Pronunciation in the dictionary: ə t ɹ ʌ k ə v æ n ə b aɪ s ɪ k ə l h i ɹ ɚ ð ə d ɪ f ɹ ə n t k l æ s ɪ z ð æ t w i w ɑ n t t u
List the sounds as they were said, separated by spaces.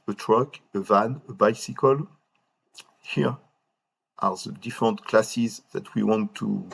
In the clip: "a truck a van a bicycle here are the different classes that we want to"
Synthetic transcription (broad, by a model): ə t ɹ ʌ k ə v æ n ə b aɪ s ɪ k ə l h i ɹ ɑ ð ə d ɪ f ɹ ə n t k l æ s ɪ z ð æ t w i w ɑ n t t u